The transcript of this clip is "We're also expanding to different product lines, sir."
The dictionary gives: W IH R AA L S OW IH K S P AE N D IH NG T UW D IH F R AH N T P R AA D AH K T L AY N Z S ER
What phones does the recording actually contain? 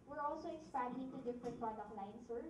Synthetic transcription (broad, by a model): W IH R AA L S OW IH K S P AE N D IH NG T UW D IH F R AH N T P AA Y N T L AY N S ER